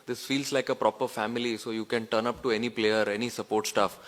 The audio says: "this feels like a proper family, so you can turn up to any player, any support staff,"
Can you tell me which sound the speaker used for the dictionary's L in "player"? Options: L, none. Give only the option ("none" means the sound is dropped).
L